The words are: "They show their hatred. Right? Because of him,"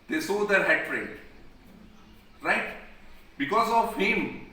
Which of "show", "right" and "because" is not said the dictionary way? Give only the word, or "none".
show